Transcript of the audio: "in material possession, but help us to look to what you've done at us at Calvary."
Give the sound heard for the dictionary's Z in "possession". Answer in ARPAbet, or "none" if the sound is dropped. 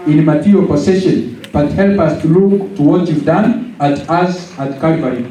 S